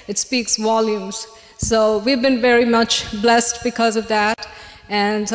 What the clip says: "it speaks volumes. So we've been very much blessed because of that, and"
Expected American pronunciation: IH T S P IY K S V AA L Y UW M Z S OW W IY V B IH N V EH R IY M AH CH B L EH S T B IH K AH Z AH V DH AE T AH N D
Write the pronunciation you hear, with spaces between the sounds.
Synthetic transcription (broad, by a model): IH T S P IY K S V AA L Y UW M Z S OW W IY V B IH N V EH R IY M AH CH B L EH S T B IH K AH Z AH V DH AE T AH N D